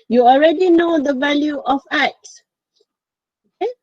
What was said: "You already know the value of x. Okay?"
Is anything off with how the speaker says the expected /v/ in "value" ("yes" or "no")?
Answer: no